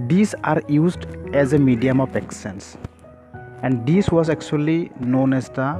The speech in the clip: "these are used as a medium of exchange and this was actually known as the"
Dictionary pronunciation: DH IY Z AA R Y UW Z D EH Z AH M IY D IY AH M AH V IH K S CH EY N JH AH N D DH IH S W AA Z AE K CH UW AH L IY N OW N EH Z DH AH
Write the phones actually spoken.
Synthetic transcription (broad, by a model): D IY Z AA R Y UW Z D EH Z AH M IY D IY AH M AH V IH K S EY N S AH N D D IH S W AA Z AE K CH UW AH L IY N OW N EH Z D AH